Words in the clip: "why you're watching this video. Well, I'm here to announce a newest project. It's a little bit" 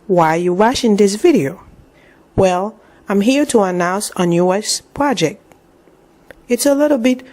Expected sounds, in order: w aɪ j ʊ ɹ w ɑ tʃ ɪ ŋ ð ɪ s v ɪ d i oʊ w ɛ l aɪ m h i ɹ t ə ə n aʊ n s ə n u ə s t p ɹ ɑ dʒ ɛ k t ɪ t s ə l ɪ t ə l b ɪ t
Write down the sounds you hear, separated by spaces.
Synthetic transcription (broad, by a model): w aɪ j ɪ w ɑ ʃ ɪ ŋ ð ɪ s v ɪ d i oʊ w ɛ l aɪ m h i ɹ t ə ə n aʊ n s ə n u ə s p ɹ ɑ dʒ ɛ k t ɪ t s ə l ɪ t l b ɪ t